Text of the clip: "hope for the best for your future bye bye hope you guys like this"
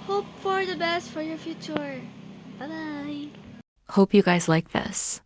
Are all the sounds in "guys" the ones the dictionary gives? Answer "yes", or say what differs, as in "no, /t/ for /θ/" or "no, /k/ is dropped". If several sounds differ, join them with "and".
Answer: yes